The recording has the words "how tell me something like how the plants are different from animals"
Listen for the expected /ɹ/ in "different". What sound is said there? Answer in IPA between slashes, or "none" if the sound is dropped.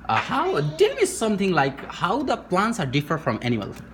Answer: none